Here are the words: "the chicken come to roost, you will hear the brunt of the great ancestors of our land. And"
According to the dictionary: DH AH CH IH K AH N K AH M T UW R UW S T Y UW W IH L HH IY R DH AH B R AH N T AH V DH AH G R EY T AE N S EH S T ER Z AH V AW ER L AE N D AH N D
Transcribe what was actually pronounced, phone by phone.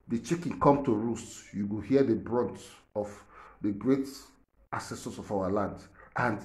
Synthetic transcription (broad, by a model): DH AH CH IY K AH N K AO M T UW R UW S T Y UW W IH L HH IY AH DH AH B R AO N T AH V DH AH G R EY T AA S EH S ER S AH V AW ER L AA N D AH N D